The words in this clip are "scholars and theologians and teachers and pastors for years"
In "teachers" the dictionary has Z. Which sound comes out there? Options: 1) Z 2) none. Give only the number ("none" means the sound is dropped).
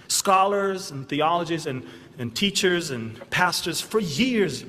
1